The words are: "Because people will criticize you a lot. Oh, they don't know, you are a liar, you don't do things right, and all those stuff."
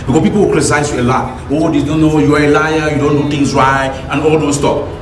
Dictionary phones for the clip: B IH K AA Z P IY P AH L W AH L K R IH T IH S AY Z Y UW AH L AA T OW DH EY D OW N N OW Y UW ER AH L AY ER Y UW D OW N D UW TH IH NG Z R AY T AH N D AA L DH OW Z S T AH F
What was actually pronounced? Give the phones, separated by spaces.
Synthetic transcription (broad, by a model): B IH K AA P IY P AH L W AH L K R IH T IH S AY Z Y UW AH L AA OW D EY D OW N N OW Y UW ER AH L AY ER Y UW D OW N D UW T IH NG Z R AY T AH N AA L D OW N S T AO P